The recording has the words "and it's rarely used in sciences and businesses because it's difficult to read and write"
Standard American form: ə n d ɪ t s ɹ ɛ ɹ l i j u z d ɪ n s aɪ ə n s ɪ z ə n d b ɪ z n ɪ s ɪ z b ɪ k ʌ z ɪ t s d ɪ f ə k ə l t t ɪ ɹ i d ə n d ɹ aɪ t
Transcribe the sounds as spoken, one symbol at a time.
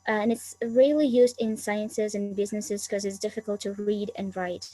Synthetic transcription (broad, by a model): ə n ɪ t s ɹ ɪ l i j u z d ɪ n s aɪ ə n s ɪ z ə n b ɪ z n ɪ s ɪ z k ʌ z ɪ t s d ɪ f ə k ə l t t ɪ ɹ i d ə n ɹ aɪ t